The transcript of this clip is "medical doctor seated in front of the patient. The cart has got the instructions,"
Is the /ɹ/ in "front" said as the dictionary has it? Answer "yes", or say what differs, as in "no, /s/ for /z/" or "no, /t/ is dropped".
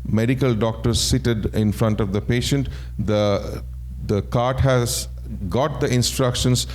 yes